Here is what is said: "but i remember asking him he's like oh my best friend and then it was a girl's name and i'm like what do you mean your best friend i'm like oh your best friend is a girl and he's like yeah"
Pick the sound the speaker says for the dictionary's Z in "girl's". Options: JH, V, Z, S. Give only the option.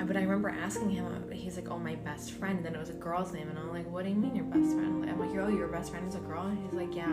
Z